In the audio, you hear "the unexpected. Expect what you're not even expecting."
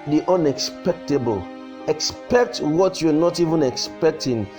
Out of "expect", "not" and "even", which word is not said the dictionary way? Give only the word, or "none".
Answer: none